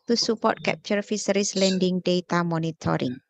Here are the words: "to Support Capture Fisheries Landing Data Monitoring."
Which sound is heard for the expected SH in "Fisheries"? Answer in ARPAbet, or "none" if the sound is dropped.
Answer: S